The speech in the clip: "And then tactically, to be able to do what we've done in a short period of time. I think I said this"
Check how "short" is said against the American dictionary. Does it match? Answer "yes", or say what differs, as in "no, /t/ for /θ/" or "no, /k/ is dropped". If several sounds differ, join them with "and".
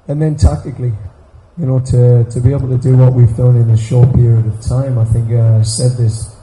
yes